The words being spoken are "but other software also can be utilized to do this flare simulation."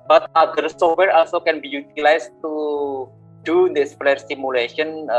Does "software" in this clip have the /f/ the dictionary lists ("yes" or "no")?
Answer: no